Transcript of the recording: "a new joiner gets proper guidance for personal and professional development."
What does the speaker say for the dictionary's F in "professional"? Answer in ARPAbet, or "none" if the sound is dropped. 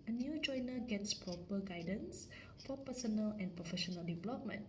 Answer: F